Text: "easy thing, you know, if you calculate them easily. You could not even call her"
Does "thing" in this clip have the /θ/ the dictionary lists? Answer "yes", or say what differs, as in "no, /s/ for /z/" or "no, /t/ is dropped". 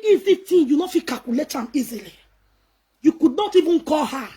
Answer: no, /t/ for /θ/